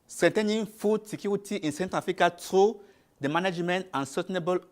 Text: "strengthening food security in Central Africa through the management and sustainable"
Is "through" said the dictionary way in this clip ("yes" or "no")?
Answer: no